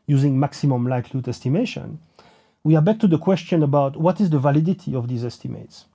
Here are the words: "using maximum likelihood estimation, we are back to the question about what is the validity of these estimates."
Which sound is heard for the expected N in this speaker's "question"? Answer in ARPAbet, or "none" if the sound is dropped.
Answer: N